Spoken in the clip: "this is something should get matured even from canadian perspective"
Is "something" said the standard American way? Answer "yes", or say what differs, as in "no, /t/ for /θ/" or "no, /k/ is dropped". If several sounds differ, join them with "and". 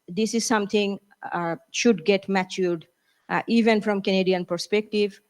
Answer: no, /t/ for /θ/